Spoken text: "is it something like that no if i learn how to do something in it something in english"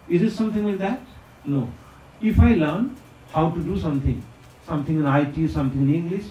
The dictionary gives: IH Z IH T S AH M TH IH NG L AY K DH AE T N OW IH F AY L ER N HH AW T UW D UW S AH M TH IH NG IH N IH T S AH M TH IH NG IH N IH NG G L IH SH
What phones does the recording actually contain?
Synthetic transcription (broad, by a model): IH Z IH T S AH M T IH NG W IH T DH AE T N OW IH F AY L ER N HH AW T UW D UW S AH M T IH NG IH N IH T S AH M T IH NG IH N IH NG G L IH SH